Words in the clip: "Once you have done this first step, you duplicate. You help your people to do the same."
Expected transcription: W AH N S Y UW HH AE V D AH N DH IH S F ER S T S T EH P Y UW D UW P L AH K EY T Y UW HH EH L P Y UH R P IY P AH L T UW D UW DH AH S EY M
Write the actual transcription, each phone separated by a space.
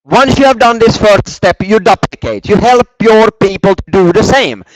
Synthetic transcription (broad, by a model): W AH N S Y UW HH AE V D AH N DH IH S F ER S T S T EH P Y UW D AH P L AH K EY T Y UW HH EH L P Y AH R P IY P AH L T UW D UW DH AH S EY M